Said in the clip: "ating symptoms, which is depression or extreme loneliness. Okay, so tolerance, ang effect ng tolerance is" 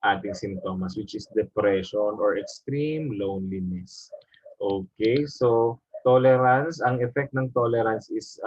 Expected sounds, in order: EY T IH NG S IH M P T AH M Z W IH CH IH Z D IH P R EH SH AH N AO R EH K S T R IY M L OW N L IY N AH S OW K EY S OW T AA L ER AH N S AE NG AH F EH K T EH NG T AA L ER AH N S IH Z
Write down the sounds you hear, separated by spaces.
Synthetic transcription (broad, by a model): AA T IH NG S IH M T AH M S W IH CH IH S D IH P R EH SH AH N AO R EH K S T R IY M L OW N L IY N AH S OW K EY S OW T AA L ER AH N S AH NG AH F EH K T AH NG T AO L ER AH N S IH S